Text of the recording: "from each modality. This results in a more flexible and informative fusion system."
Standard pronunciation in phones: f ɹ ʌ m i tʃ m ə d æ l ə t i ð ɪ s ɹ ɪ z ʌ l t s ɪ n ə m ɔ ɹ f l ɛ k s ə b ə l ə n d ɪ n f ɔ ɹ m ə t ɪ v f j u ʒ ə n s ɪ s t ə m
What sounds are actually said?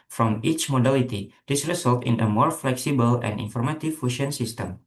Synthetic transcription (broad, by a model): f ɹ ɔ m i tʃ m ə d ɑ l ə t i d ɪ s ɹ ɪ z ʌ l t ɪ n ə m ɔ ɹ f l ɛ k s ə b ə l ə n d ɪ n f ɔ ɹ m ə t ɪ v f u ʃ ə n s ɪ s t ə m